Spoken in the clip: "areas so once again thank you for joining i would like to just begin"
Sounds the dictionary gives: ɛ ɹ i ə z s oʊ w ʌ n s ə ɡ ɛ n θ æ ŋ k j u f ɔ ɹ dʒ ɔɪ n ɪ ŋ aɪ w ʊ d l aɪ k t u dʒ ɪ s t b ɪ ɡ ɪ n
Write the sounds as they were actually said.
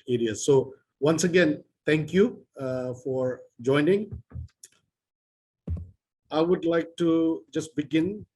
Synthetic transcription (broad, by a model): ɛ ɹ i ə s oʊ w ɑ n s ə ɡ ɛ n t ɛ ŋ k j u f ɔ ɹ dʒ ɔɪ n ɪ ŋ aɪ w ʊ d l aɪ k t u dʒ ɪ s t b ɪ ɡ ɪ n